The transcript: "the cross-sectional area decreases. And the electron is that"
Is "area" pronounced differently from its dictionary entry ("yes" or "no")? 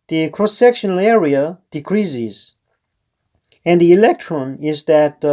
no